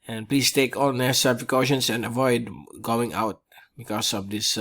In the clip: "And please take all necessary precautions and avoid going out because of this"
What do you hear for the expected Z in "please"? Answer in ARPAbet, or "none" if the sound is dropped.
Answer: S